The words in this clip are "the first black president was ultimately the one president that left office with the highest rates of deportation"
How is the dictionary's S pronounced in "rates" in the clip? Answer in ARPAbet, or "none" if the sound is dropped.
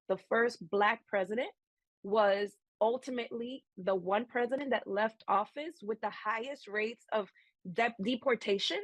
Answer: S